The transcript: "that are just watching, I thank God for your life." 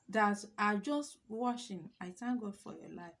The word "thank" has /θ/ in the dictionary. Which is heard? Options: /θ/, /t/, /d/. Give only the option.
/t/